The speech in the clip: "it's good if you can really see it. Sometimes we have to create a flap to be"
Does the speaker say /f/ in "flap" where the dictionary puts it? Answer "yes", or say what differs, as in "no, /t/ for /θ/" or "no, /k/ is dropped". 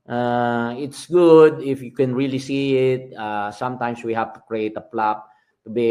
no, /p/ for /f/